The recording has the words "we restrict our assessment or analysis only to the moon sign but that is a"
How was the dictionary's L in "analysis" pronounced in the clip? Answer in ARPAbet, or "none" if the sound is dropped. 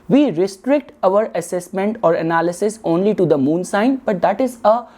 L